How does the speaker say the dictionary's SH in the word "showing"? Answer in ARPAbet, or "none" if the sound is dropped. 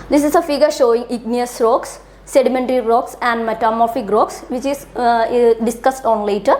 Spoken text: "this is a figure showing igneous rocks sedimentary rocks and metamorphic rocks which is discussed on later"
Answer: SH